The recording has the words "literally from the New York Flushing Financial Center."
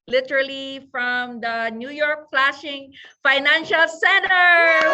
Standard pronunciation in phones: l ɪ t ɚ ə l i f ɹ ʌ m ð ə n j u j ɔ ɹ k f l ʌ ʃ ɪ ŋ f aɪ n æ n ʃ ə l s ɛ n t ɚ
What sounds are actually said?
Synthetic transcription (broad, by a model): l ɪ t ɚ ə l i f ɹ ʌ m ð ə n j u j ɔ ɹ k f l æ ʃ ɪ ŋ f aɪ n æ n ʃ ə l s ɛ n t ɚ